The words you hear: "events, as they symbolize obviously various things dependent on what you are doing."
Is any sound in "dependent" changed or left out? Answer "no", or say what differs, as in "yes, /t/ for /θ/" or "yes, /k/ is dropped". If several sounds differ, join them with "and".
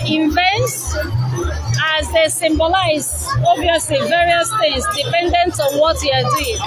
no